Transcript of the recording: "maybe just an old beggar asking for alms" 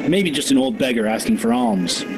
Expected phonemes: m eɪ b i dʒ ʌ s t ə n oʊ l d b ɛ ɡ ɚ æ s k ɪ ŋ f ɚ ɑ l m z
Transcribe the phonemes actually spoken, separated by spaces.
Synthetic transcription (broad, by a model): m eɪ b i dʒ ʌ s t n oʊ l d b ɛ ɡ ɚ æ s k ɪ ŋ f ɚ ɑ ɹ m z